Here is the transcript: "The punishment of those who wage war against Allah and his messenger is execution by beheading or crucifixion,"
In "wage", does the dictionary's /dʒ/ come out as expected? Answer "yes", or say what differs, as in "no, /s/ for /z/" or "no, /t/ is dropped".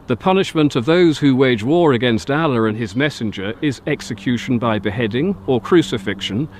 yes